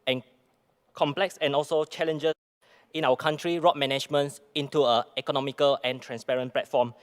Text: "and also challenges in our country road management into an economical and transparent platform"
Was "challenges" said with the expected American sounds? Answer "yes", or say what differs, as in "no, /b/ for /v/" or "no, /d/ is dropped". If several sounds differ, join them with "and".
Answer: no, /s/ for /z/